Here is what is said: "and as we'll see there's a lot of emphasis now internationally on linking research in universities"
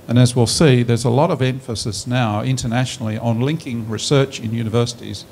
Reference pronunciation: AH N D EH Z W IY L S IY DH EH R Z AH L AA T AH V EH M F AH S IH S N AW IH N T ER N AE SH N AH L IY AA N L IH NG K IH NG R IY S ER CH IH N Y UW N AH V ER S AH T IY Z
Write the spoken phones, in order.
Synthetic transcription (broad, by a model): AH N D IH Z W IY L S IY DH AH R Z AH L AA T AH V EH M F AH S IH S N AW IH N T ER N AE SH N L IY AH N L IH NG K IH NG R IY S ER CH IH N Y UW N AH V ER S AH T IY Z